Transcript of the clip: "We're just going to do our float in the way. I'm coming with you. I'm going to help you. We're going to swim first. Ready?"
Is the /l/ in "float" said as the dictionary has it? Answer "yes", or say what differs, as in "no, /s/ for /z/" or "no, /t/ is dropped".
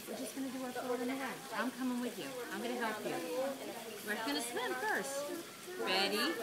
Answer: no, /l/ is dropped